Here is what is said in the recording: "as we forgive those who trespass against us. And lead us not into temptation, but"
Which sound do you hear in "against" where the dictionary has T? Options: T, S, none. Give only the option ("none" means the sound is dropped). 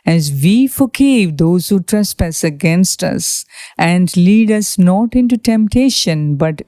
T